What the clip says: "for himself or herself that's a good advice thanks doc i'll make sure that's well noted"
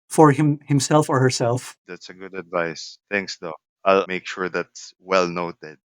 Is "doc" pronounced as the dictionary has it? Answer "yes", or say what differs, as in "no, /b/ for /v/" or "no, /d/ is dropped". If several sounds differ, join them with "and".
no, /k/ is dropped